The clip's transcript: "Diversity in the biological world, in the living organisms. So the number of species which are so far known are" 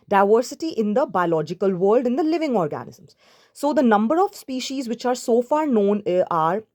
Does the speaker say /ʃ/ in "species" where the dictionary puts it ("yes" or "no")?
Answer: yes